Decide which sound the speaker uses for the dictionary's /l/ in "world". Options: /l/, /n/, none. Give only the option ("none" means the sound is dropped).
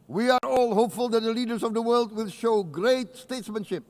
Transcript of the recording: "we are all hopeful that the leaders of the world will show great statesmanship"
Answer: /l/